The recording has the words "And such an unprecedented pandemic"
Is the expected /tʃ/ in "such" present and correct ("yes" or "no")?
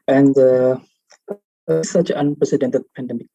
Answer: no